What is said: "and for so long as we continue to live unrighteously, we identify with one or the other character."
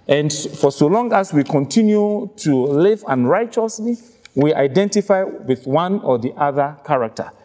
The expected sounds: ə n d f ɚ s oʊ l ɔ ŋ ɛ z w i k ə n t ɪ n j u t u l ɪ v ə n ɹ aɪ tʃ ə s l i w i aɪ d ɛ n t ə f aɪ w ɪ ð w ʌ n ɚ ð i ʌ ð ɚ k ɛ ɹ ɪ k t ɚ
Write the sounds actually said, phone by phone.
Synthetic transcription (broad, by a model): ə n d f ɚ s oʊ l ɔ ŋ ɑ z w i k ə n t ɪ n j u t u l ɪ v ə n ɹ aɪ tʃ ə s l i w i aɪ d ɛ n t ə f aɪ w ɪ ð w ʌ n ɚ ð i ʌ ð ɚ k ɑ ɹ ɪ k t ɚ